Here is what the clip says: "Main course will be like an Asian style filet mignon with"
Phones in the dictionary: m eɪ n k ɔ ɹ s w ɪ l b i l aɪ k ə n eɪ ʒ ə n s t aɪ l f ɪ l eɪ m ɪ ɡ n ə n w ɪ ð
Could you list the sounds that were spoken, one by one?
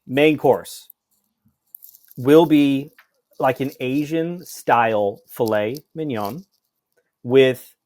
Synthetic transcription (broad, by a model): m eɪ n k ɔ ɹ s w ɪ l b i l aɪ k ə n eɪ ʒ ə n s t aɪ l f ɪ l eɪ m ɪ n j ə n w ɪ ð